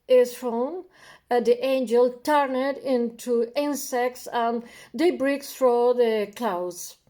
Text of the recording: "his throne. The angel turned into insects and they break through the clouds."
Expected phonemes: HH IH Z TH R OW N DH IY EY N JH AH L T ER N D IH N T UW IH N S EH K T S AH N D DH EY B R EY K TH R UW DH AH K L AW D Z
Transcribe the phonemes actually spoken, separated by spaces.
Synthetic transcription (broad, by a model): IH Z F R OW N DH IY EY N JH AH L T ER N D IH N T UW IH N S EH K T S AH N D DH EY B R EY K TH R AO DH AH K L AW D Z